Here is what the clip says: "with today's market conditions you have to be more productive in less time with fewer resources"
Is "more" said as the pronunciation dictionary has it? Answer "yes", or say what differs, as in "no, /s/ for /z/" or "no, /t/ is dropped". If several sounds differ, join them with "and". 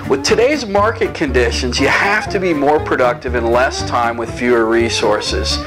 yes